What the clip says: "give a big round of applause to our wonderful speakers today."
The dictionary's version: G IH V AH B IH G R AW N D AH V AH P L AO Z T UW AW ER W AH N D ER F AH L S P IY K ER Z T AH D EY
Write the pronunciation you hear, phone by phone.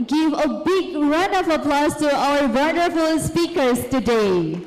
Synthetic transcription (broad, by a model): G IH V AH B IH G R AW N AH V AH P L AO S T UW AW ER W AH N D ER F AH L S P IY K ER S T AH D EY